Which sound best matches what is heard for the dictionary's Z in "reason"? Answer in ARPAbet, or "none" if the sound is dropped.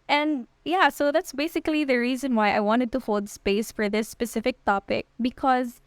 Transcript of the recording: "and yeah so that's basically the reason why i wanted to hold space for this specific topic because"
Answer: Z